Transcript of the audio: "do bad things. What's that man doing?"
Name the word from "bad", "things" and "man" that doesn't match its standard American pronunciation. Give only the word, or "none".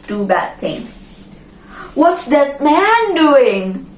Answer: things